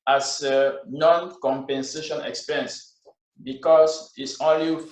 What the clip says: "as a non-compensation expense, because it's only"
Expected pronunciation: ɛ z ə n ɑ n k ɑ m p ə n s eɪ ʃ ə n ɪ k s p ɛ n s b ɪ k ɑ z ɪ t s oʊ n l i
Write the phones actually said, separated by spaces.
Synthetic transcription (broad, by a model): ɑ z ə n ɑ n k ɑ m p ə n s eɪ ʃ ə n ɪ k s p ɛ n s b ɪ k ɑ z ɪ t s oʊ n l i